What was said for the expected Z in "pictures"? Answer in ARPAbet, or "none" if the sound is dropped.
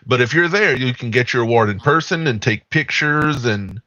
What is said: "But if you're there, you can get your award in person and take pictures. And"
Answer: Z